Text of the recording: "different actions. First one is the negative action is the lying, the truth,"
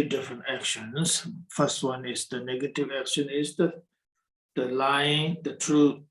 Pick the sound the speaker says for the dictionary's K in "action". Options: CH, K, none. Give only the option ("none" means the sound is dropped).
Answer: K